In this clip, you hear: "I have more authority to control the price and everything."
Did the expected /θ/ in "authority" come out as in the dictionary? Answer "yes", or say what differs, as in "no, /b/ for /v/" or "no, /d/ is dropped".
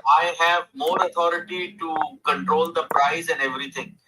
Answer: no, /t/ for /θ/